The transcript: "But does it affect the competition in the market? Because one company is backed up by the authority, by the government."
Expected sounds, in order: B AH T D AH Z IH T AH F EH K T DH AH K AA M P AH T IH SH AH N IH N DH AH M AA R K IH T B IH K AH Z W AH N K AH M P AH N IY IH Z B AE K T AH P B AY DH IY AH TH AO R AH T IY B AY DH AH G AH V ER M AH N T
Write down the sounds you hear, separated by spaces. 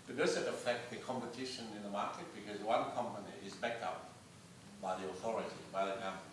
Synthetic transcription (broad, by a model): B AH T D AH Z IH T AH F EH K T DH AH K AA M P AH T IH SH AH N IH N DH AH M AA R K IH T B IH K AH Z W AH N K AH M P AH N IY IH Z B AE K T AH P B AY DH IY AH TH AO R AH T IY B AY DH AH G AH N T